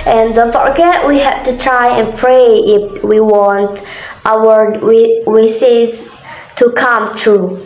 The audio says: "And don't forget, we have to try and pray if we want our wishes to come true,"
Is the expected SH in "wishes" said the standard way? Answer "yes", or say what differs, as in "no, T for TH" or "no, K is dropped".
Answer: no, S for SH